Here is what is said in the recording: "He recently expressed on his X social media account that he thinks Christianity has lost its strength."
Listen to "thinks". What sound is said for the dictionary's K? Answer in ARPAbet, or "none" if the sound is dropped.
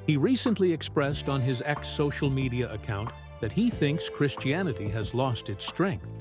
K